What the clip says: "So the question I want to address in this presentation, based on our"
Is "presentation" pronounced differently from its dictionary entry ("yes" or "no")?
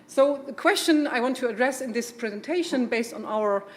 no